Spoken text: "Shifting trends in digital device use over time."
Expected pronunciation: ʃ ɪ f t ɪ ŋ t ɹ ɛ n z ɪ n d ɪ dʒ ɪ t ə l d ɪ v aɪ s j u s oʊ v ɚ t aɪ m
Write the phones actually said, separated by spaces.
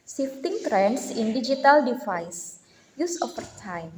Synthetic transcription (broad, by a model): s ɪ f t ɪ ŋ t ɹ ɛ n s ɪ n d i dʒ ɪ t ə l d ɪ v aɪ s j u s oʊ f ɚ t aɪ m